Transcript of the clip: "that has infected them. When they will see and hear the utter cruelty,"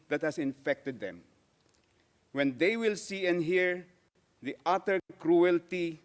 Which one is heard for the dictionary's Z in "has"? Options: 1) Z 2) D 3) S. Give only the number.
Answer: 3